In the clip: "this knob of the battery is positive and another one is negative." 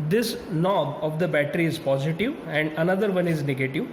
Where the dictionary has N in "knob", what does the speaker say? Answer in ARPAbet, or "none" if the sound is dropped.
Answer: L